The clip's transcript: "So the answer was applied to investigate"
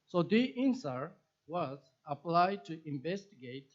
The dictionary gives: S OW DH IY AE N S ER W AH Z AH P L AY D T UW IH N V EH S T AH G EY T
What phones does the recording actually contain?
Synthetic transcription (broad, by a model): S OW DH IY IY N S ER W AH Z AH P L AY D T UW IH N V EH S T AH G EY T